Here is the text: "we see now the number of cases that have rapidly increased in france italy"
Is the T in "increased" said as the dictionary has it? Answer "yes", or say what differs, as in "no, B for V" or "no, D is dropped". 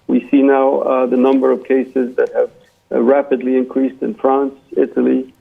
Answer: yes